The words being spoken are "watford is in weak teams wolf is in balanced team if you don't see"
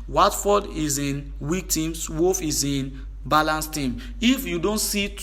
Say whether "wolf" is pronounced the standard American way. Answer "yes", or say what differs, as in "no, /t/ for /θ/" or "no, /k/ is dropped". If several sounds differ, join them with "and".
no, /l/ is dropped